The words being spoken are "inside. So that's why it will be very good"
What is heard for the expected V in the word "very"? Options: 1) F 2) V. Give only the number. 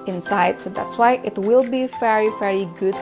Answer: 2